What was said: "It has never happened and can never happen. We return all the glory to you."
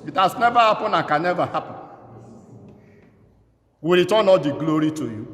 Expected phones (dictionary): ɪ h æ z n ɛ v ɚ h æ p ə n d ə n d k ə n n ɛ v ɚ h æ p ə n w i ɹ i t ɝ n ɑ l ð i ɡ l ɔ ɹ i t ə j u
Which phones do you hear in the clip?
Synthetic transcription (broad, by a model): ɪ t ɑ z n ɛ v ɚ h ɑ p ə n ə k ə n n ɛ v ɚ h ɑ p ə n w i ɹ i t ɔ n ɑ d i ɡ l ɔ ɹ i t ə j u